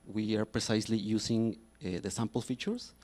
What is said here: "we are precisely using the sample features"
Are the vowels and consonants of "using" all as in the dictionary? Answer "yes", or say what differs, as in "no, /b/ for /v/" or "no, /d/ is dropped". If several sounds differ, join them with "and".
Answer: no, /s/ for /z/